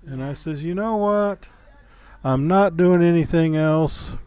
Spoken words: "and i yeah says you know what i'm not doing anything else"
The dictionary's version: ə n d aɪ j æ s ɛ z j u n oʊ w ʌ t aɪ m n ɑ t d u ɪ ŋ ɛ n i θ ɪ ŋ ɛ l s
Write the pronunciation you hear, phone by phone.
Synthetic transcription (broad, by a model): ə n aɪ s ɛ z j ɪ n oʊ w ʌ t aɪ m n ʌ t d u ɪ ŋ ɛ n i θ ɪ ŋ ɛ l s